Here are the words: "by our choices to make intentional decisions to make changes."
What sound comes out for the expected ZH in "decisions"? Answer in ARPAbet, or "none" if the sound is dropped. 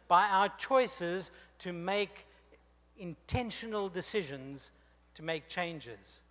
ZH